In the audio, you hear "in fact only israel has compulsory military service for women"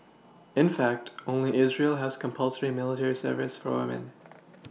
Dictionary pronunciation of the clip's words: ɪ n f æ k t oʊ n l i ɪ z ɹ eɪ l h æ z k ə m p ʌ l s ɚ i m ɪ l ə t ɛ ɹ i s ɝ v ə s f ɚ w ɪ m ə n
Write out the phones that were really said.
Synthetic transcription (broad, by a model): ɪ n f æ k t oʊ n l i ɪ z ɹ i l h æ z k ə m p ʌ l s ɚ i m ɪ l ə t ɛ ɹ i s ɝ v ə s f ɚ w ɪ m ə n